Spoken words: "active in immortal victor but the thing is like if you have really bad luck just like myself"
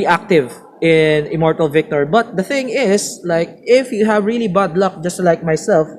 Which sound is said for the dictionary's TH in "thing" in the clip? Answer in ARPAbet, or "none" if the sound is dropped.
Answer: TH